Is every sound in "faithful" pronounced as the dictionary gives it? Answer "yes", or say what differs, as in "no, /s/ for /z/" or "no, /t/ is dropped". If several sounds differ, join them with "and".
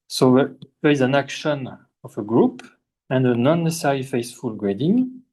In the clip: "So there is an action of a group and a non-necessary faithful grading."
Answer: no, /s/ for /θ/